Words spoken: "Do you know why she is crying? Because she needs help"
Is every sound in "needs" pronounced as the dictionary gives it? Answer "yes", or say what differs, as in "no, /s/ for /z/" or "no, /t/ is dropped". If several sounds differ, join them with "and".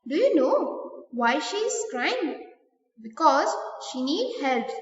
no, /z/ is dropped